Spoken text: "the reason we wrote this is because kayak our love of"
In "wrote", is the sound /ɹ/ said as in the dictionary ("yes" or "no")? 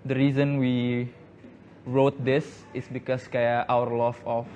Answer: yes